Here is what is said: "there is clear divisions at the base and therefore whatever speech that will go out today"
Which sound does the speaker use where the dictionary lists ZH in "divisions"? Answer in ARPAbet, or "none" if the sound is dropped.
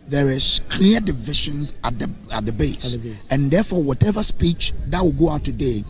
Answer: SH